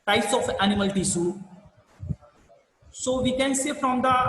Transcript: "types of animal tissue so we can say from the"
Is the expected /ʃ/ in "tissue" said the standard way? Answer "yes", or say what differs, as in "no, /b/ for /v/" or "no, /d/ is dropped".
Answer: no, /s/ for /ʃ/